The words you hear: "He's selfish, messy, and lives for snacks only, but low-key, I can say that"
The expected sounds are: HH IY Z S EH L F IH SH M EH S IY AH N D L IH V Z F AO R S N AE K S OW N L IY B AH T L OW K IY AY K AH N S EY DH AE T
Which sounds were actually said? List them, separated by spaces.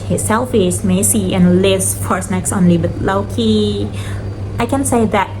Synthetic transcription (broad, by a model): HH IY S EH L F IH S M EH S IY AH N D L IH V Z F AO R S N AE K S OW N L IY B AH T L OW K IY AY K AH N S EY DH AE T